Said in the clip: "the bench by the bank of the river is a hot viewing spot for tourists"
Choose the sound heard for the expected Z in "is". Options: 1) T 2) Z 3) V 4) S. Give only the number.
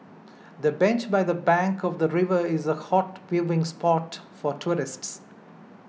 2